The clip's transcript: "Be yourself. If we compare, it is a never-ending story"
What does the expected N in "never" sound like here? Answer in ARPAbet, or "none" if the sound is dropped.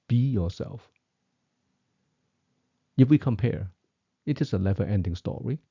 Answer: L